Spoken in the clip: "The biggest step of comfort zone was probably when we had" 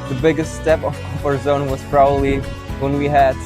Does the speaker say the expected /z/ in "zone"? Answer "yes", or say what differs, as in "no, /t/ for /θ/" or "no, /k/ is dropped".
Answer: yes